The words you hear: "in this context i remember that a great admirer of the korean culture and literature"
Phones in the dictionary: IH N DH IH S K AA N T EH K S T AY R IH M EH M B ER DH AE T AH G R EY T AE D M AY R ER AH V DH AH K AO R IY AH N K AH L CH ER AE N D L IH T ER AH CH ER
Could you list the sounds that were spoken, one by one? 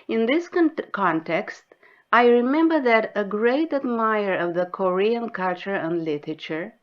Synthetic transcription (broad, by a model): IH N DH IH S K AA N T EH K S T AY R IH M EH M B ER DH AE T AH G R EY T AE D M AY ER AH V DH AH K AO R IY AH N K AH L CH ER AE N D L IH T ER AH CH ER